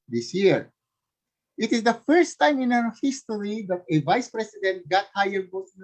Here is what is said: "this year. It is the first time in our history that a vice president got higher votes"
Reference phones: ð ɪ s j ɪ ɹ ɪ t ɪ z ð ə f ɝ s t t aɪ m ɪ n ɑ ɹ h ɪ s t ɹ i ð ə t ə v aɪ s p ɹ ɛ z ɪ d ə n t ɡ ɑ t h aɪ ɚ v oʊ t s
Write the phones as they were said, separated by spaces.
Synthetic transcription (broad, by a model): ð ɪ s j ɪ ɹ ɪ t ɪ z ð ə f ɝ s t t aɪ m ɪ n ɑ w h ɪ s t ɹ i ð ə t ə v aɪ s p ɹ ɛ s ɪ d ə n t ɡ ɑ t h aɪ ɚ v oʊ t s